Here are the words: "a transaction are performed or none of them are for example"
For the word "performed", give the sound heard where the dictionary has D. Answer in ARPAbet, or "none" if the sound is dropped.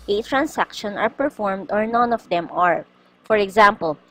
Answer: D